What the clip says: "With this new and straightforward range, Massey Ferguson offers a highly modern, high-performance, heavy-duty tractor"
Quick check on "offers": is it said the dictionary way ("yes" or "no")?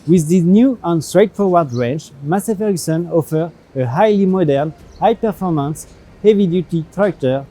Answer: no